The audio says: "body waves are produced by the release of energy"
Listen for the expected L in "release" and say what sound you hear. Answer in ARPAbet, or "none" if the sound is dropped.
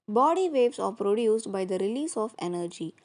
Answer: L